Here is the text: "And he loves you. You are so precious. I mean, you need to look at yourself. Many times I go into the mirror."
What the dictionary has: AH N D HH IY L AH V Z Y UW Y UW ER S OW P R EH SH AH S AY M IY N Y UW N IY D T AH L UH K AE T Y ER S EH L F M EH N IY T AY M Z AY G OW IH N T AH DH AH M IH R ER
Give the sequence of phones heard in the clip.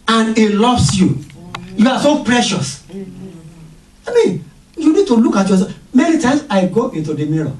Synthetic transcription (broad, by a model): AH N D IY L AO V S Y UW Y UW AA S OW P R EH SH AH S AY M IY N Y UW N IY D T AH L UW K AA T Y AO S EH F M EH N IY T AY M S AY G OW IH N T AH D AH M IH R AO